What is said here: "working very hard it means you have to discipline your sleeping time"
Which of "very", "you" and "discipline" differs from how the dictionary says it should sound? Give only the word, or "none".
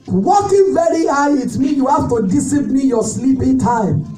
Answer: discipline